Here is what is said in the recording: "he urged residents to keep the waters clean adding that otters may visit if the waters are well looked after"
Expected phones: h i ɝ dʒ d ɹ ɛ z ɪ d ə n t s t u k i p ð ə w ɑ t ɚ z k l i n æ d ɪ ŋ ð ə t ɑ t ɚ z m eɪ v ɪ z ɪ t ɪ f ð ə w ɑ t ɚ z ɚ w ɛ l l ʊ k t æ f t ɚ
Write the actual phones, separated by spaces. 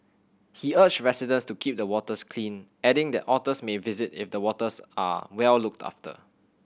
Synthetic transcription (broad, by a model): h i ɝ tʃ ɹ ɛ s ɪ d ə n s t u k i p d ə w ɑ t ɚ s k l i n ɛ d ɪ ŋ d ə t ɑ t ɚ s m eɪ v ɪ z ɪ t ɪ f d ə w ɑ t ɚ s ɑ w ɛ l l ʊ k t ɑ f t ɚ